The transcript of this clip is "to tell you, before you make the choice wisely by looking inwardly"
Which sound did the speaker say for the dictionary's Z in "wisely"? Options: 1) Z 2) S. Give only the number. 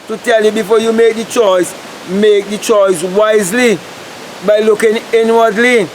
1